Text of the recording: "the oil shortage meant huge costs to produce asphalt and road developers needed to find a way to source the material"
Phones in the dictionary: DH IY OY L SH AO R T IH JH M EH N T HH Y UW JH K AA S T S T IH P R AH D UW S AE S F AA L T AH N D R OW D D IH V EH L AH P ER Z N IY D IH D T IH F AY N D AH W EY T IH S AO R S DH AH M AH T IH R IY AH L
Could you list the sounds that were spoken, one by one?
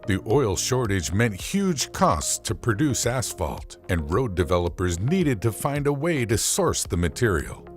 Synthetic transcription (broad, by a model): DH IY OY L SH AO R T IH JH M EH N T HH Y UW JH K AA S T S T IH P R AH D UW S AE S F AA L T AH N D R OW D D IH V EH L AH P ER Z N IY D IH D T IH F AY N D AH W EY T IH S AO R S DH AH M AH T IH R IY L